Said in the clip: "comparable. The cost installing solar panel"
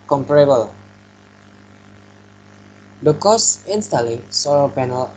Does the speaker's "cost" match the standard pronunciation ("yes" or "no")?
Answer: no